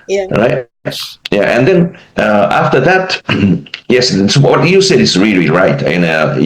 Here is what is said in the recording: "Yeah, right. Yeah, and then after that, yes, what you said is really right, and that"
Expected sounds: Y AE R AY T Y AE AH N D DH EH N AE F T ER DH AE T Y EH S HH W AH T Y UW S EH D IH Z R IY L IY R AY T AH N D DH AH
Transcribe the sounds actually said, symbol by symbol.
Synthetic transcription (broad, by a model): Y R AY T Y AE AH N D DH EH N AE F T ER DH AE T Y EH S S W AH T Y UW S EH D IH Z R IY L IY R AY T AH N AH